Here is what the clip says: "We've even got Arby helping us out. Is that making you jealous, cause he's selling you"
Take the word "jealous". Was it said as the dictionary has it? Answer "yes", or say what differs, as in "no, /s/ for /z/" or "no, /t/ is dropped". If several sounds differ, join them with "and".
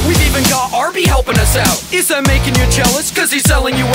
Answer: no, /tʃ/ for /dʒ/